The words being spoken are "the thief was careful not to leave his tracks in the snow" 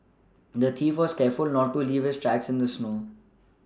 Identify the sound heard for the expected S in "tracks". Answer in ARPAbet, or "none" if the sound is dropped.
S